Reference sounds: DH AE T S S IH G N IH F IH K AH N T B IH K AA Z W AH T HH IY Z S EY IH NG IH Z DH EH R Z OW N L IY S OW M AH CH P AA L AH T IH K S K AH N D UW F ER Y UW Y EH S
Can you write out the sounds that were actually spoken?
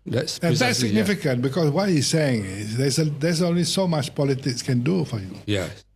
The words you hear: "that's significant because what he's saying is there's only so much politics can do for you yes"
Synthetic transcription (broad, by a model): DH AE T S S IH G N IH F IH K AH N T B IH K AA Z W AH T HH IY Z S EY IH NG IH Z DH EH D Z OW N L IY S OW M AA CH P AA L AH T IH K S K AH N D UW F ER Y UW Y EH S